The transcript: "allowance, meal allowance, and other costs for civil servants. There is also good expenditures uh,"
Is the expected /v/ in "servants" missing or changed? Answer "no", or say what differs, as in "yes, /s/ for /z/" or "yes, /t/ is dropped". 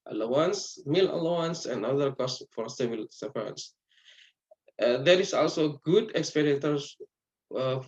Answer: yes, /v/ is dropped